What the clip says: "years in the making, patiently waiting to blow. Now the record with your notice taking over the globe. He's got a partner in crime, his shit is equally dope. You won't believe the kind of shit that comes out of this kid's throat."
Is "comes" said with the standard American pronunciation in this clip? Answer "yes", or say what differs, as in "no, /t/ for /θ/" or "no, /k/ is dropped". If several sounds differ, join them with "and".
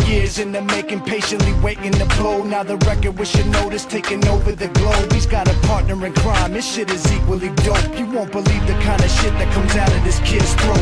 yes